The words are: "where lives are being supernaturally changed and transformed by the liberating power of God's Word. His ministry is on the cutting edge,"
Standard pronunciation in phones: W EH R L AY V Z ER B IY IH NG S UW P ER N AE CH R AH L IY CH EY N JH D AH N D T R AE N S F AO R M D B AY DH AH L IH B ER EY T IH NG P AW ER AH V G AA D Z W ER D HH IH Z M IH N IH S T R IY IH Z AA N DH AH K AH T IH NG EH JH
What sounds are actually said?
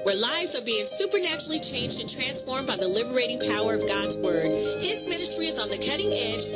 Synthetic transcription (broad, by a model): W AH R L AY V Z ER B IY IH NG S UW P ER N AE CH R L IY CH EY N JH D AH N T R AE N S F AO R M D B AY DH AH L IH B ER EY T IH NG P AW ER AH V G AA D Z W ER D HH IH Z M IH N IH S T R IY IH Z N DH AH K AH T IH NG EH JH